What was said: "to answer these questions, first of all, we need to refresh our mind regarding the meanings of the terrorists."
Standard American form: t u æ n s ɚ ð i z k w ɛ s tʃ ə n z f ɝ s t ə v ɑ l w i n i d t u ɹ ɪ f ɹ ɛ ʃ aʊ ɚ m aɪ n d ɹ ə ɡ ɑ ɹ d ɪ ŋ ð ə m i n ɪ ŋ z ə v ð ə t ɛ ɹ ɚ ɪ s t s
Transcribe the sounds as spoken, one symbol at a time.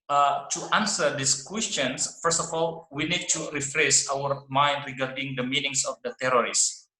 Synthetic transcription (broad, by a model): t u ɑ n s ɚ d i s k w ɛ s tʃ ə n s f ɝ s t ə f ɑ l w i n i d t u ɹ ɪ f ɹ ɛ s aʊ ɚ m aɪ n d ɹ ə ɡ ɑ ɹ d ɪ ŋ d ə m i n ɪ ŋ s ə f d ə t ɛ ɹ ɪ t s